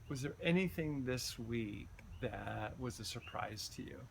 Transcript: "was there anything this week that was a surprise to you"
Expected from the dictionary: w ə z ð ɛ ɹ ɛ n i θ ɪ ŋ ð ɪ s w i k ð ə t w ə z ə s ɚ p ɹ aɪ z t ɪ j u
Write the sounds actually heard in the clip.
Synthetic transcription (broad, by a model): w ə z ð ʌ ɹ ɛ n i θ ɪ ŋ ð ɪ s w i k ð ə t w ə z ə s ɚ p ɹ aɪ z t ɪ j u